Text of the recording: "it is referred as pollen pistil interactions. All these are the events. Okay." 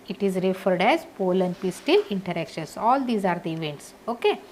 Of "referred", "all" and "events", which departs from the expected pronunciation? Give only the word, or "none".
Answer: none